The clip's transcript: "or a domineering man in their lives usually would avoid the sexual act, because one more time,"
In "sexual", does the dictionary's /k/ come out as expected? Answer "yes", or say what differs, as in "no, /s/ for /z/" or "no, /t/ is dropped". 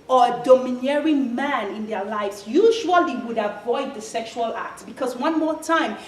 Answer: yes